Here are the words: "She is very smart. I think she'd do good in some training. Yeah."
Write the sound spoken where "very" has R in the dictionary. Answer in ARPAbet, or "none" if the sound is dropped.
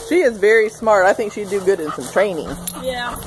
R